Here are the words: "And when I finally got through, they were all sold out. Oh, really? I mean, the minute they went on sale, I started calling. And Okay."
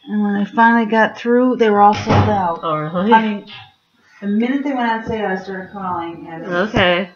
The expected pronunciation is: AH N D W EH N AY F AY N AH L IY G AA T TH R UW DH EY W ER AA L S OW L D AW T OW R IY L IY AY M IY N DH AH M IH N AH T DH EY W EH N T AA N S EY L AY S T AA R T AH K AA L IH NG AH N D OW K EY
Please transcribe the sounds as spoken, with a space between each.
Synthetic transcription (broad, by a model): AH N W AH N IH F AY N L IY G AA T TH R UW DH EY W ER AA L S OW L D AW T OW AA IY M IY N DH AH M IH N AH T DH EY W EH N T AA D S EY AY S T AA R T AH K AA L IH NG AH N OW K EY